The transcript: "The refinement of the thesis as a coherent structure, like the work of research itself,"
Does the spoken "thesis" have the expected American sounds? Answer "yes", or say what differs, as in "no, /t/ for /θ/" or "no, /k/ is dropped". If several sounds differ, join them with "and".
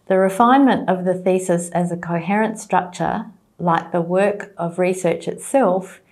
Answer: yes